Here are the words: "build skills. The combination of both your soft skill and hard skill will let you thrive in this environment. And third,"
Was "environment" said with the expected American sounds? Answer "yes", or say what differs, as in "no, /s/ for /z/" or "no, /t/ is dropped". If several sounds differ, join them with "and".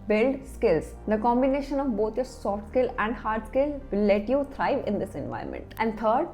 no, /ɹ/ is dropped